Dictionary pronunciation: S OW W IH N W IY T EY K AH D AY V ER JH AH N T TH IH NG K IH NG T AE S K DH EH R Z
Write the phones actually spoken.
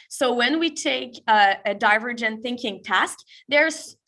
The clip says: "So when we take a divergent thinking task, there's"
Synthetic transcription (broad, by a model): S OW W IH N W IY T EY K AH D AY V ER JH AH N TH IH NG K IH NG T AE S K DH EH R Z